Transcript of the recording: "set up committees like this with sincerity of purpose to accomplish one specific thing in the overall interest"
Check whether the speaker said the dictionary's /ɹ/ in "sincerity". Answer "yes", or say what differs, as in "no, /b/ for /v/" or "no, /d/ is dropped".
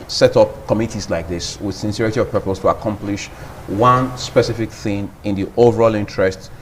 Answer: yes